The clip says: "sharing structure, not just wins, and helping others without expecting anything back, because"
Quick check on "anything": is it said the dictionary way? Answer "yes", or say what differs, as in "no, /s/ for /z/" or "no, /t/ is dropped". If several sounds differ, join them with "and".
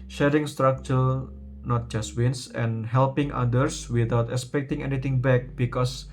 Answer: no, /t/ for /θ/